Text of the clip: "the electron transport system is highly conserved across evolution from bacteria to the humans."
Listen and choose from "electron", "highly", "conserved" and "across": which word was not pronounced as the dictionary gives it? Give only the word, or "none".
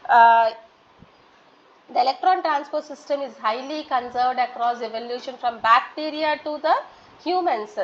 none